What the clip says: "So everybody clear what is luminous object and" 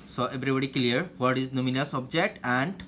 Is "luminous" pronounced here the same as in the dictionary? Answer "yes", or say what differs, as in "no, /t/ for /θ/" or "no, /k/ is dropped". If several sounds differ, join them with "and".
no, /n/ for /l/